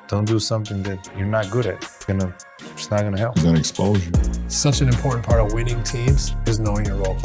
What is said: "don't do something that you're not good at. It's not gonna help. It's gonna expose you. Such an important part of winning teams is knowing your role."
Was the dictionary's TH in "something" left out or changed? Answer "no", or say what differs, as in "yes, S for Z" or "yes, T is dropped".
no